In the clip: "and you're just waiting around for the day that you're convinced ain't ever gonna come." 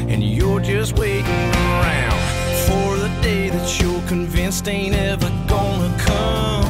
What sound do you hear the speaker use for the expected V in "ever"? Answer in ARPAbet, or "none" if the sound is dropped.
V